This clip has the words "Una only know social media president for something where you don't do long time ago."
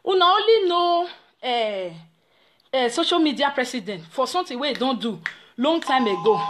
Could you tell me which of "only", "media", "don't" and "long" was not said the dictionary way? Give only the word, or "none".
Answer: only